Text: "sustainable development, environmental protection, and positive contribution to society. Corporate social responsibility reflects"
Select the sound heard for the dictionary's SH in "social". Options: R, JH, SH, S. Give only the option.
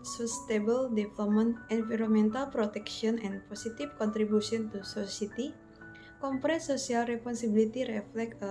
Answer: S